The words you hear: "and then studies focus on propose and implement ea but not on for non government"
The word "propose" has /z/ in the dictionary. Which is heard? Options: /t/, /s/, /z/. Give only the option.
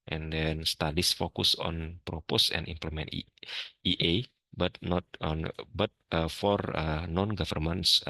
/s/